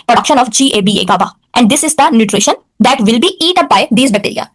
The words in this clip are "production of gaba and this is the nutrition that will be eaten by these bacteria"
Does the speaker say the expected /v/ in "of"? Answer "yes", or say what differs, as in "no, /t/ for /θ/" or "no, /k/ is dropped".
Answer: no, /b/ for /v/